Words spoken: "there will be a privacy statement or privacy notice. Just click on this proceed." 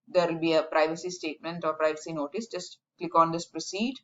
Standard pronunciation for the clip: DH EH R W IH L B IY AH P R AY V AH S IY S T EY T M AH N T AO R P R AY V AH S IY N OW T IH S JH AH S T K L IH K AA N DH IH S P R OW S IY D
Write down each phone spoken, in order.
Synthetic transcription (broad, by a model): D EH R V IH L B IY AH P R AY V AH S IY S T EY T M AH N T AO R P R AY V AH S IY N OW T IH S JH AH S T K L IH K AA N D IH S P R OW S IY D